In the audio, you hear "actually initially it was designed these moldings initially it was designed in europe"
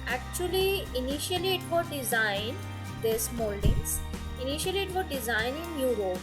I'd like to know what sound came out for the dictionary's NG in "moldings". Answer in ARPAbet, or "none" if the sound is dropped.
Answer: none